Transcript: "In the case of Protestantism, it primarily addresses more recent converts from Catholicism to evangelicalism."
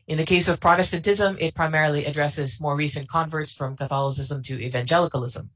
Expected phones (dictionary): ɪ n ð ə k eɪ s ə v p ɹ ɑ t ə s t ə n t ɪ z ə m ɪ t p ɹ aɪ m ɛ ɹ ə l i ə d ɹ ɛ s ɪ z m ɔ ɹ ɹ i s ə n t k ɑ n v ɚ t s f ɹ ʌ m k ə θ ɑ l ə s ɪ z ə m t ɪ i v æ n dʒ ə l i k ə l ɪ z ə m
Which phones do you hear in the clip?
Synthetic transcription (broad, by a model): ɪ n ð ə k eɪ s ə v p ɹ ɑ t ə s t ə n t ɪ z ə m ɪ t p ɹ aɪ m ɛ ɹ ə l i ə d ɹ ɛ s ɪ z m ɔ ɹ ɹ i s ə n k ɑ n v ɚ t s f ɹ ʌ m k ə θ ɑ l ə s ɪ z ə m t ɪ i v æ n dʒ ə l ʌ k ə l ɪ z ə m